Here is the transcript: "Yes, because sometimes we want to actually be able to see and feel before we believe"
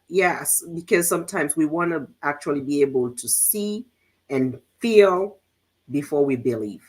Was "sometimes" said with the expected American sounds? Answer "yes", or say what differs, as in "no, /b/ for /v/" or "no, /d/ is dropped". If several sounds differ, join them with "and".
yes